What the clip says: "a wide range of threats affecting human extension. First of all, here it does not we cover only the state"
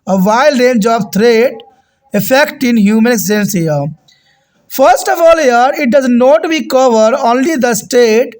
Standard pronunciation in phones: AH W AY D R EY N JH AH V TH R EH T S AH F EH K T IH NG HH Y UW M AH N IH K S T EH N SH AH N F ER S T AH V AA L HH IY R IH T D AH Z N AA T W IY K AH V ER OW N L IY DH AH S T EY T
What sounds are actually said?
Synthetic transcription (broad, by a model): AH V AY D R EY N JH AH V T R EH T AH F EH K T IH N HH Y UW M AH N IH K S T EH N S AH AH F ER S T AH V AA L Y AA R IH T D AH Z N AA T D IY K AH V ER OW N L IY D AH S T EY T